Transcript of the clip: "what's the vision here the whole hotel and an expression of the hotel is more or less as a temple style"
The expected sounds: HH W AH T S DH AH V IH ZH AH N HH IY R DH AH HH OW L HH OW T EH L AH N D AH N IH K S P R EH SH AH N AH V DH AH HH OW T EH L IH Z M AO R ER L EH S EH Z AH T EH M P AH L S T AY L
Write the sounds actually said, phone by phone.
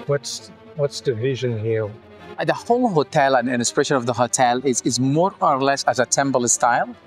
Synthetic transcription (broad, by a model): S W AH T S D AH V IH ZH AH N HH IY R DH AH HH OW L HH OW T EH L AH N AH N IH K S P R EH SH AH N AH V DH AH HH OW T EH L IH Z M AO R ER L EH S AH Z AH T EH M B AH L S T AY L